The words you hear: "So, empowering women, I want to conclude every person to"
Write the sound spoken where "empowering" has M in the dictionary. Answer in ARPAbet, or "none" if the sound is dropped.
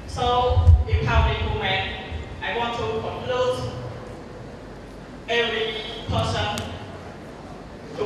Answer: none